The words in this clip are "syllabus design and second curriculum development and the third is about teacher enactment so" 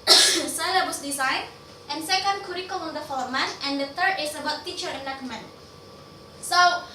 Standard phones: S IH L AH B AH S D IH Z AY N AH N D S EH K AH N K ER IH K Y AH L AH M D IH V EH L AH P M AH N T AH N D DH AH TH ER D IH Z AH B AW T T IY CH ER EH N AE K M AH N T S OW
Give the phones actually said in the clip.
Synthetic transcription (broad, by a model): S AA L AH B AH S D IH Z AY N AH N S EH K AH N K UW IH K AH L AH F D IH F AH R M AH T AH N D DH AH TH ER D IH S AH B AW T T IY CH ER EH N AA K M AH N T S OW